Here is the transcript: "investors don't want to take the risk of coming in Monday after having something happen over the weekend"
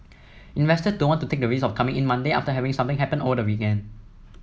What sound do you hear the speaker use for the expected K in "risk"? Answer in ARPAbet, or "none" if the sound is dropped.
none